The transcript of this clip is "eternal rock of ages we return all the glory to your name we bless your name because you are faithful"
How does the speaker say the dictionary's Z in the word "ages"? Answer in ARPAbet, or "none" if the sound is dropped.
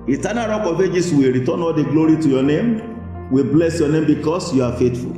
S